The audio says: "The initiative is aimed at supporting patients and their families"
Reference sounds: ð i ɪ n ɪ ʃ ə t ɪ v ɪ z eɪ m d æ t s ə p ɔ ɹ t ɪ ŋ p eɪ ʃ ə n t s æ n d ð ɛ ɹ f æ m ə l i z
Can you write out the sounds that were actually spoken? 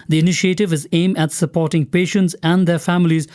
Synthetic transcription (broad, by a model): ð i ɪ n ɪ ʃ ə t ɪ v ɪ z eɪ m æ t s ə p ɔ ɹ t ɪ ŋ p eɪ ʃ ə n t s æ n d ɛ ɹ f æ m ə l i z